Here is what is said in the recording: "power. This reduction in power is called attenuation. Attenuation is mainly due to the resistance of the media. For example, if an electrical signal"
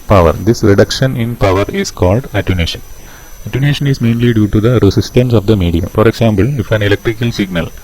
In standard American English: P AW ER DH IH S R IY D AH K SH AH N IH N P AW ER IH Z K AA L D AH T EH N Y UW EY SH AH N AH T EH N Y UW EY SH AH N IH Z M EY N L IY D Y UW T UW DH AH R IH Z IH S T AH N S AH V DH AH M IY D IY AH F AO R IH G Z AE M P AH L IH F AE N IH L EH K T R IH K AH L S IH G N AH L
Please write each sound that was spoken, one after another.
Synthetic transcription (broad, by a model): P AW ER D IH S R IY D AH K SH AH N IH N P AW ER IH S K AA L D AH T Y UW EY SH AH N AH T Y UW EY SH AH N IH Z M EY N L IY D Y UW T UW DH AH R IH S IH S T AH N S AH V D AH M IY D IY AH F AO R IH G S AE M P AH L IH F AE N IH L EH K T R IH K AH L S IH G N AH L